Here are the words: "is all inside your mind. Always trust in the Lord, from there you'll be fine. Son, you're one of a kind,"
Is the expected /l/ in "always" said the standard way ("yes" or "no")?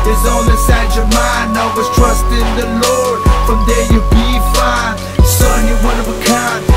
no